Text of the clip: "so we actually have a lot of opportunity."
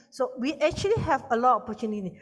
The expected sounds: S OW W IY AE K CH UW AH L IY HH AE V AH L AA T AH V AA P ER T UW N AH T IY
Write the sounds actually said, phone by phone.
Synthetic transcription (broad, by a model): S OW W IY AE K CH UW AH L IY HH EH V AH L AA T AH P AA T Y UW N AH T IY